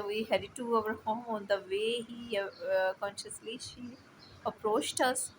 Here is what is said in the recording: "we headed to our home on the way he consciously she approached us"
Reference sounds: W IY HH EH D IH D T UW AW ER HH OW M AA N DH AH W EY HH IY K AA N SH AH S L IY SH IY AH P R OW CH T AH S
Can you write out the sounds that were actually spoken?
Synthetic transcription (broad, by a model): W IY HH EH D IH T UW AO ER HH OW M AA N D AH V EY HH IY K AA N SH AH S L IY SH IY AH P R OW CH T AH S